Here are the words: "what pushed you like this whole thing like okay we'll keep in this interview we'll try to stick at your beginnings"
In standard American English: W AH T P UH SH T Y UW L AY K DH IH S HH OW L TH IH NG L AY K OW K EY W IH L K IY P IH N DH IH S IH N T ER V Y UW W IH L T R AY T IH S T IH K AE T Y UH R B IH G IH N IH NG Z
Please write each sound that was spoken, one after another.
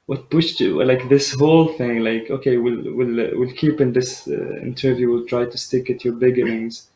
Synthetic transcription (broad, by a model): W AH T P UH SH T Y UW L AY K DH IH S HH OW L TH IH NG L AY K OW K EY W IH L K IY P IH N DH IH S IH N T ER V Y UW W IH L T R AY T IH S T IH K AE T Y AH R B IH G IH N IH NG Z